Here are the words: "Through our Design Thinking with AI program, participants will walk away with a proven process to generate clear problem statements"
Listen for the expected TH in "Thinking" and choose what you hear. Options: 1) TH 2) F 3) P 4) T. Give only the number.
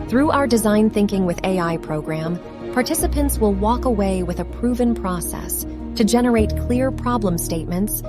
1